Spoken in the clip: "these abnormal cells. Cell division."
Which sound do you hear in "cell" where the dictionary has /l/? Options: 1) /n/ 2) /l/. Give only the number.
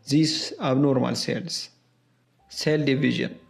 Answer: 2